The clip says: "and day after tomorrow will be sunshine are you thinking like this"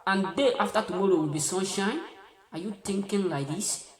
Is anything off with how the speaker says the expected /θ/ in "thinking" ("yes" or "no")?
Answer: yes